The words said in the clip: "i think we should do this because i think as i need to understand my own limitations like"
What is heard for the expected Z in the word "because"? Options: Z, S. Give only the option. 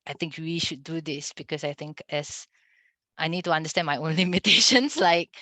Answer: S